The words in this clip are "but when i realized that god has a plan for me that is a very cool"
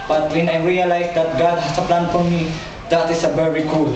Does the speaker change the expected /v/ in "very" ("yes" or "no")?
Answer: yes